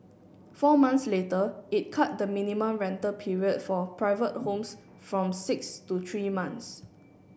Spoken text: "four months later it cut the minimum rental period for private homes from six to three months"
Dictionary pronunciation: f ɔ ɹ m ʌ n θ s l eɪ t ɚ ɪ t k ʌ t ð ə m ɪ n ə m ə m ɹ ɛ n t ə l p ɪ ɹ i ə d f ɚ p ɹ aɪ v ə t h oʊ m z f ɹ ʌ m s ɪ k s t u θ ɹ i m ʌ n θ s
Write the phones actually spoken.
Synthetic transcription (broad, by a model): f ɔ m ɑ n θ s l eɪ t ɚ ɪ t k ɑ t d ə m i n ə m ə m ɹ ɛ n t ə p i ɹ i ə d f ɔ p ɹ aɪ v ə t h oʊ m s f ɹ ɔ m s ɪ k s t u t ɹ i m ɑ n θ s